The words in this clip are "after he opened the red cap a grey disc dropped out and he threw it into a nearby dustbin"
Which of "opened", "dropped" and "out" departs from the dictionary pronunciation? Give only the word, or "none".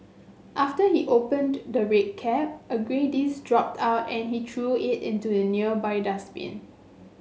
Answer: none